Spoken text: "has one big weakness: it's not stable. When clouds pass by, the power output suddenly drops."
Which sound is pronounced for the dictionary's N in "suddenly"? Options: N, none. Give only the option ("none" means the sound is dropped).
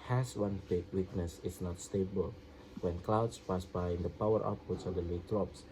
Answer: none